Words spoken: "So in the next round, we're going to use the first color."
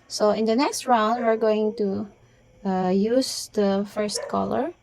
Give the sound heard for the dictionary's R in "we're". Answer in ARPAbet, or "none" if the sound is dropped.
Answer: R